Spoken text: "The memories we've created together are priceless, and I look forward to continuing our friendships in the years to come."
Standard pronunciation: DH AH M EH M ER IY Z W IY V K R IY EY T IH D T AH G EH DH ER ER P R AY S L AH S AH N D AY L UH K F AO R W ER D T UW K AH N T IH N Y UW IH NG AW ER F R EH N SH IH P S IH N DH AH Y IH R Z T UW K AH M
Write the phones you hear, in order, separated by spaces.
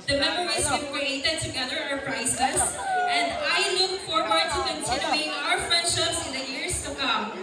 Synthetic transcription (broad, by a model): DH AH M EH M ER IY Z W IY K R IY EY T IH D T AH G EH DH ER ER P R AY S AH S AH N D AY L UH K F AO R W ER D T UW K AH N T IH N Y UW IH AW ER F EH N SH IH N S IH N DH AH Y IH R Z T UW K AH M